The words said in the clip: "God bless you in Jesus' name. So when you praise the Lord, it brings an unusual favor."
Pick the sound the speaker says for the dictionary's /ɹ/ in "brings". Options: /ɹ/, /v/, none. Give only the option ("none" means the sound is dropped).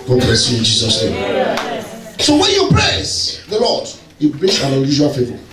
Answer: none